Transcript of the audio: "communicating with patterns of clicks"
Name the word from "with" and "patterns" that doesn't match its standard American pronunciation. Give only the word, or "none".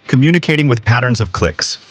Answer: none